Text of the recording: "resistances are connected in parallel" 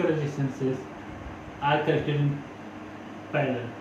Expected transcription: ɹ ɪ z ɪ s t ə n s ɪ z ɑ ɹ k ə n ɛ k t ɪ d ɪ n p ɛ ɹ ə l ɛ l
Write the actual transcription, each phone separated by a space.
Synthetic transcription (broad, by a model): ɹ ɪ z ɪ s t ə n s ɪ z ɑ ɹ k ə l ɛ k t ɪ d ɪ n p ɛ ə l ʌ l